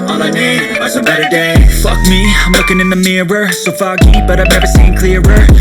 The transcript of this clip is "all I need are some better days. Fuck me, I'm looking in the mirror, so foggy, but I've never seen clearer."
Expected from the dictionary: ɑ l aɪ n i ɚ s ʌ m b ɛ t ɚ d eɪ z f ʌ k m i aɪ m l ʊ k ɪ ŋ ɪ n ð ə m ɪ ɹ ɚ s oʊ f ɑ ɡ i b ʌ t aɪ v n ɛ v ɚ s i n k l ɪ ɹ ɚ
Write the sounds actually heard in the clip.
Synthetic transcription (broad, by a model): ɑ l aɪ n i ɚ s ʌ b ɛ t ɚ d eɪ f ʌ k m i aɪ m l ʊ k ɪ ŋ ɪ n ð ə m ɪ ɹ ɚ s oʊ f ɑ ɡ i b ʌ t aɪ v n ɛ v ɚ s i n k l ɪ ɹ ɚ